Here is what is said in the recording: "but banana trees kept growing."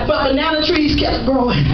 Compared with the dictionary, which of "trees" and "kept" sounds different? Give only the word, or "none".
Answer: kept